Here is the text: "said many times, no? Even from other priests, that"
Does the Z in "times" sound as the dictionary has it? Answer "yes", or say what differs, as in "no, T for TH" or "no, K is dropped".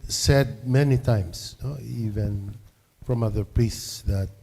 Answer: no, S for Z